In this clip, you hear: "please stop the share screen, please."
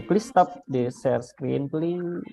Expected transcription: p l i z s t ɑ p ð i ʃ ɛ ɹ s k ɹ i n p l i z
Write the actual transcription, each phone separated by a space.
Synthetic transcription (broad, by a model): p l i s t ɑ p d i s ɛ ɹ s k ɹ i n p l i